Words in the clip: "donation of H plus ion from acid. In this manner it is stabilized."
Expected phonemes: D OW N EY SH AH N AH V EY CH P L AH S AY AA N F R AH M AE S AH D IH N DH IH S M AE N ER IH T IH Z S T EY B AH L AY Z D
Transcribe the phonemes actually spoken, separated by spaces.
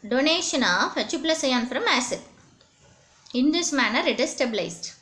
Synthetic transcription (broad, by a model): D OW N EY SH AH N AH F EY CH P L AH S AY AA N F R AH M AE S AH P IH N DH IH S M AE N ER IH T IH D S T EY B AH L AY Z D